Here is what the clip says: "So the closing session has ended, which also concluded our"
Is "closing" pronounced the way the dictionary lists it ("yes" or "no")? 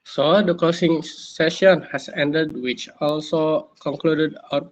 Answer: no